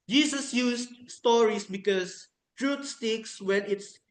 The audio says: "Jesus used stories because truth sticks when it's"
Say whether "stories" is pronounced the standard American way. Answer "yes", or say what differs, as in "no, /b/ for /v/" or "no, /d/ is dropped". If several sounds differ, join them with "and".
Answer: no, /s/ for /z/